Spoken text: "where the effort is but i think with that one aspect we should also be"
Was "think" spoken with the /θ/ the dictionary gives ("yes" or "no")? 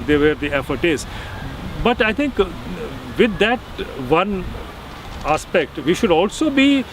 no